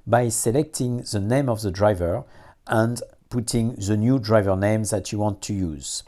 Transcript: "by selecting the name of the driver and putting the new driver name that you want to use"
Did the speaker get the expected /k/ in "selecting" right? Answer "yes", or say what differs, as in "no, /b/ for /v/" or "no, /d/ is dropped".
yes